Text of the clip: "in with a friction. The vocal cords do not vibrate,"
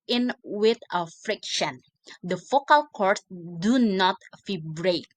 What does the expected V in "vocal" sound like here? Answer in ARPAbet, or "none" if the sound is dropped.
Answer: F